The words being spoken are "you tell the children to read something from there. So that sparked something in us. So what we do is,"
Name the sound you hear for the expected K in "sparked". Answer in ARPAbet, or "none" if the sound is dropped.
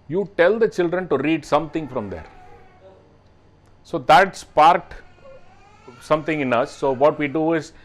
none